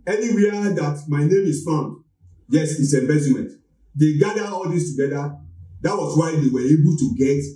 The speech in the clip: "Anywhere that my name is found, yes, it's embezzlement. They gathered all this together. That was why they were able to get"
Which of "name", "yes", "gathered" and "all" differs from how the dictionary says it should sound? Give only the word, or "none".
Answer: gathered